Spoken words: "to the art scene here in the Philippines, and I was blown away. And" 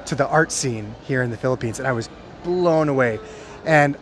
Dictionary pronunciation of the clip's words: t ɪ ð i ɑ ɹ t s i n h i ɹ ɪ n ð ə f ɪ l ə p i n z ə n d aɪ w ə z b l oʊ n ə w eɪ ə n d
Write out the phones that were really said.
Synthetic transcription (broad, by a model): t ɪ ð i ɑ ɹ t s i n h i ɹ ɪ n ð ə f ɪ l ə p i n z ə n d aɪ w ə z b l oʊ n ə w eɪ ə n